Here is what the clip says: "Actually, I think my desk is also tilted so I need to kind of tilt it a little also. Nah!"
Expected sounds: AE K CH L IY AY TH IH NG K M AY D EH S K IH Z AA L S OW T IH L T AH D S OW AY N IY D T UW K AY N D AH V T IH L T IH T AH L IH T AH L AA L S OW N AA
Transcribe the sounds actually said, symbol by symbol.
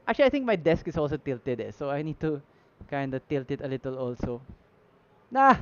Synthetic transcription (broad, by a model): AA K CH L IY AY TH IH NG K M AY D EH S K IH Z AA L S OW T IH L T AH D S OW AY N IY D T UW K AY N D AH T IH L T IH T AH L IH T AH L AA L S OW N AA